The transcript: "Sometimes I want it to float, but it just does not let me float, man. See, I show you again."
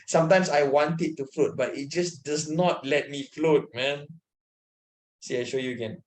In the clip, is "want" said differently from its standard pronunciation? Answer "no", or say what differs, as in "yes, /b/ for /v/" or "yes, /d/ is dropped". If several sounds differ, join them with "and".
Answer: no